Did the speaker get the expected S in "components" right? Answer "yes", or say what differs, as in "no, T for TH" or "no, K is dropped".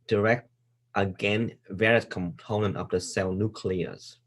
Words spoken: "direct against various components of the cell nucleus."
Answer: no, S is dropped